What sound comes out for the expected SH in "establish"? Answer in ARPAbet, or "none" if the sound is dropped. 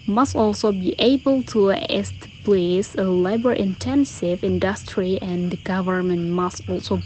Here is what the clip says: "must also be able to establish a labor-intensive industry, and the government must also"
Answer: S